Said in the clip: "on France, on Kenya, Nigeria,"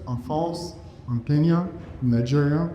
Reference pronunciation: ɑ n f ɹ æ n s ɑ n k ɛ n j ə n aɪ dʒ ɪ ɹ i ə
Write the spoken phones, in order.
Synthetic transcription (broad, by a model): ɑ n f ɔ s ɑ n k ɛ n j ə n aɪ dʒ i ɹ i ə